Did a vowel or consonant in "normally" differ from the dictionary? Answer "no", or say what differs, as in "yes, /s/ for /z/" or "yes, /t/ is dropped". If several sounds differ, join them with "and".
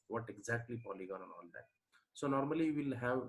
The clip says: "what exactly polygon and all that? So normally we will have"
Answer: yes, /l/ is dropped